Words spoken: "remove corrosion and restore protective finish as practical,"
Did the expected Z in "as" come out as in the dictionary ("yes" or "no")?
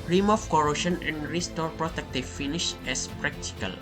no